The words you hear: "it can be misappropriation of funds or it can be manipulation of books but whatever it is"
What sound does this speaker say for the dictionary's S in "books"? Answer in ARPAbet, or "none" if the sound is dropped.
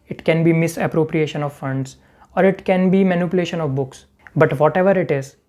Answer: S